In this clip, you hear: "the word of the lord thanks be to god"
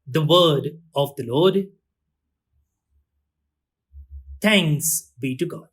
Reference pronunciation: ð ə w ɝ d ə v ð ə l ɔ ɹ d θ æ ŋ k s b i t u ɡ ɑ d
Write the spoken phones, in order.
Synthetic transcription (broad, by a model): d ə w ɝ d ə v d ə l ɔ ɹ d t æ ŋ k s b i t u ɡ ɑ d